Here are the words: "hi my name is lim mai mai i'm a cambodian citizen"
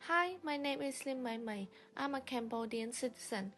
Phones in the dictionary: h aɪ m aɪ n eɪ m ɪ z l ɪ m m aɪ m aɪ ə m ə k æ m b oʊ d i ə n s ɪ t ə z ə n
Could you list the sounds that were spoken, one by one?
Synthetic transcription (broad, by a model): h aɪ m aɪ n eɪ m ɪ s l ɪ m m aɪ m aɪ ə m ə k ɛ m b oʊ d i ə n s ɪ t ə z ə n